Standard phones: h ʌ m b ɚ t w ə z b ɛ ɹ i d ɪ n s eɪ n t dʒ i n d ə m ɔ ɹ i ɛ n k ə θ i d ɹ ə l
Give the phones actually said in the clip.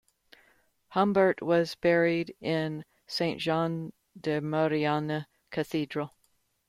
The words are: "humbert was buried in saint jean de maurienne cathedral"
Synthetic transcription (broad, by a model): h ʌ m b ɚ t w ə z b ɛ ɹ i d ɪ n s eɪ n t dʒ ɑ n d ə m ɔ ɹ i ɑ n k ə θ i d ɹ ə l